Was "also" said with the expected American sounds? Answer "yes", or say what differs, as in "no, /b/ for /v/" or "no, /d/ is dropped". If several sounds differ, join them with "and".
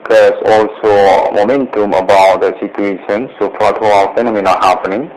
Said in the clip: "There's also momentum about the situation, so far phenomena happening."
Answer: yes